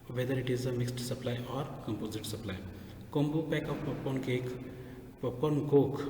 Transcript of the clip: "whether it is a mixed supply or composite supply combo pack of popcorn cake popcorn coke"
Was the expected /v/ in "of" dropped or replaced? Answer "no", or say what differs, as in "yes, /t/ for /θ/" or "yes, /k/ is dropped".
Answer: yes, /p/ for /v/